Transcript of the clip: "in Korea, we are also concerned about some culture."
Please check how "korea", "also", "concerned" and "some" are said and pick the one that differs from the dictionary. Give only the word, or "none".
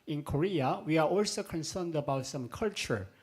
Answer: none